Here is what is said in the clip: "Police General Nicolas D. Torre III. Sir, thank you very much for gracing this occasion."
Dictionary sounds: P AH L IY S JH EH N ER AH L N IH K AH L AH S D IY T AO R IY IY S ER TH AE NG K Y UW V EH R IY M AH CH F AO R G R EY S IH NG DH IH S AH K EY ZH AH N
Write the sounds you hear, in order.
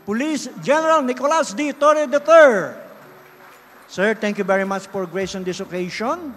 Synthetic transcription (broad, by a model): P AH L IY S JH EH N ER AH L N IH K AH L AH S D IY T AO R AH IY S ER T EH NG K Y UW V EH R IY M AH CH F AO R G R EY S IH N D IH S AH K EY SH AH N